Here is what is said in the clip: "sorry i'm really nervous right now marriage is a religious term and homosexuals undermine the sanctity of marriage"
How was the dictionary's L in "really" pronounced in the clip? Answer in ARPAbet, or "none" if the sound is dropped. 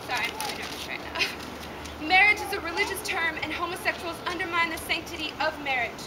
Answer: none